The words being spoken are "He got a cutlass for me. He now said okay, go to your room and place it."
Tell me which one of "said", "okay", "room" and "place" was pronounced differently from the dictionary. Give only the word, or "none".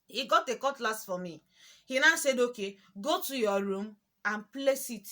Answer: none